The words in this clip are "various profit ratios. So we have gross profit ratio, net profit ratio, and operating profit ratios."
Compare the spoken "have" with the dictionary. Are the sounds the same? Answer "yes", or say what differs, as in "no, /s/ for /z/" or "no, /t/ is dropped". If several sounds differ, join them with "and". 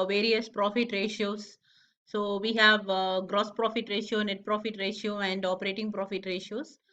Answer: yes